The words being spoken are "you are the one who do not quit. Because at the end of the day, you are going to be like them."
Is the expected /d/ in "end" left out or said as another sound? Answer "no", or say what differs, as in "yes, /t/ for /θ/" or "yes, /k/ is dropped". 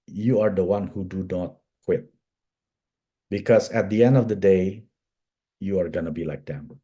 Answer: no